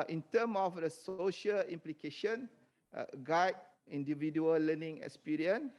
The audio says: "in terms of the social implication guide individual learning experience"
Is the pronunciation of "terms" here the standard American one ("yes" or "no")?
no